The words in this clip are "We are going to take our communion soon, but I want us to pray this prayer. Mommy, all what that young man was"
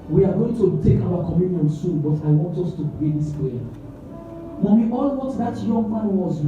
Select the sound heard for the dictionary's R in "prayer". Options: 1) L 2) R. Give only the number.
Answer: 1